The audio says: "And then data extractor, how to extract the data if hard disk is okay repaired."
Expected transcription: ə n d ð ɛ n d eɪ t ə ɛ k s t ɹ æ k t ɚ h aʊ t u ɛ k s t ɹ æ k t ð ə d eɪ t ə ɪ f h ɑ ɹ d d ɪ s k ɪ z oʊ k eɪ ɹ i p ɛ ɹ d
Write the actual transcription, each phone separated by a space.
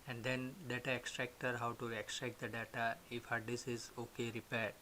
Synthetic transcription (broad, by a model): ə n d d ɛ n d eɪ t ə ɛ k s t ɹ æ k t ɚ h aʊ t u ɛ k s t ɹ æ k t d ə d eɪ t ə ɪ f h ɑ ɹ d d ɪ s ɪ z oʊ k eɪ ɹ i p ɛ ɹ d